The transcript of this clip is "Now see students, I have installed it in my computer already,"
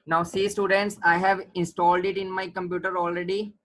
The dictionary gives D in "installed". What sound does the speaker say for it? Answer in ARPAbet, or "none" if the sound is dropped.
D